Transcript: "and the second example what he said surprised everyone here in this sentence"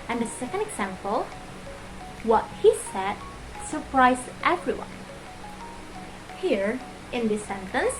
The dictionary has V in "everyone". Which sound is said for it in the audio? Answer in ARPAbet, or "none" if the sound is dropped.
V